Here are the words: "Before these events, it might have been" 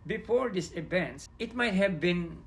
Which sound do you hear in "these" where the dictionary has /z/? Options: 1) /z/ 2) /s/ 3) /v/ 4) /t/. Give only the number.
2